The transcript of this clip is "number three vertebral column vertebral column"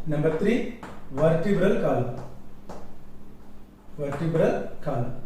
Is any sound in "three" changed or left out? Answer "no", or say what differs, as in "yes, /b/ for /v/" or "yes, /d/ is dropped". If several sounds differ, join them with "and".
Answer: yes, /t/ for /θ/